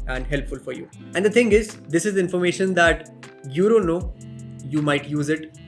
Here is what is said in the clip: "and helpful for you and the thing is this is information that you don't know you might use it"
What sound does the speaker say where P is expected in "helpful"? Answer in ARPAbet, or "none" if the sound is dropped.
P